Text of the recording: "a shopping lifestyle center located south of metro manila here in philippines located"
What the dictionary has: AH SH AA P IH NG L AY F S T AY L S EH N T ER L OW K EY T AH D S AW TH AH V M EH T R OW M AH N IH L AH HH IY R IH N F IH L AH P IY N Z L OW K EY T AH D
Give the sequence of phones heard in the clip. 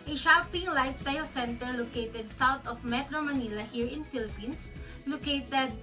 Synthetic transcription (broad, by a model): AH SH AA P IH NG L AY F S T AY L S EH N T ER L OW K EY T AH D S AW T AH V M EH T R OW M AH N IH L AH HH IY R IH N F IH L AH P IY N S L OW K EY T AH D